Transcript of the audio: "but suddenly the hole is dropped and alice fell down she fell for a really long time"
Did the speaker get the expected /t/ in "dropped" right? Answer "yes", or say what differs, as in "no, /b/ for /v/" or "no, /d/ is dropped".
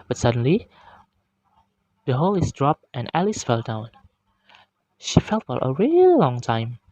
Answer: yes